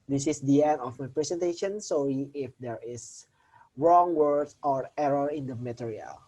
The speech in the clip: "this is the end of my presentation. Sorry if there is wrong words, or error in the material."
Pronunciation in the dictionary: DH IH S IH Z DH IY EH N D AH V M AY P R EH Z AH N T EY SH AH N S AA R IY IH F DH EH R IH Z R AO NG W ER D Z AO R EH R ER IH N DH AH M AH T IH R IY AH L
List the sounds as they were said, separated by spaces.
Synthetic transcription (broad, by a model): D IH S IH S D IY EH N D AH F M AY P R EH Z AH N T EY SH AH N S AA L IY IH F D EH R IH S R AO NG W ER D AO R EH R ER IH N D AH M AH T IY R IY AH L